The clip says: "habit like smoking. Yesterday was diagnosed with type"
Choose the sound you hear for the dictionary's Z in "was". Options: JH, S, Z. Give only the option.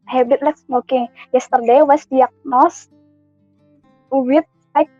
S